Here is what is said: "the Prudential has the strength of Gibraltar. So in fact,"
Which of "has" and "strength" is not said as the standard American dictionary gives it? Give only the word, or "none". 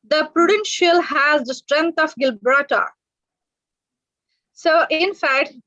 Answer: strength